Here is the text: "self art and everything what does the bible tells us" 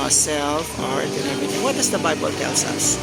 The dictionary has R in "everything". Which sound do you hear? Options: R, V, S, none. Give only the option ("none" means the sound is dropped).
none